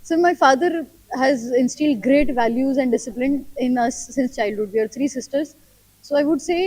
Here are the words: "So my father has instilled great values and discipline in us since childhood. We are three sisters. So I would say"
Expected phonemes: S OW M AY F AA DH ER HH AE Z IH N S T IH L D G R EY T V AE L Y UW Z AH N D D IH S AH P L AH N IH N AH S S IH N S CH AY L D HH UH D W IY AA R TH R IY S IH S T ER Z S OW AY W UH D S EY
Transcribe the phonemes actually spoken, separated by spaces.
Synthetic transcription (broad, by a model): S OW M AY F AA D ER HH AE Z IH N S T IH L D G R EY T V AE L Y UW Z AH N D D IH S AH P L AH N IH N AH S S IH N S CH AY L D HH UH D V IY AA R T R IY S IH S T ER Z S OW AY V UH D S EY